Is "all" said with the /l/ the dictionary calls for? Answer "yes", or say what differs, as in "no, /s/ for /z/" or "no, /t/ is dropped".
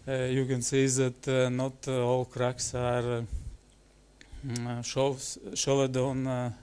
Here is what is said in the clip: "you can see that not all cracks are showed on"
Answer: yes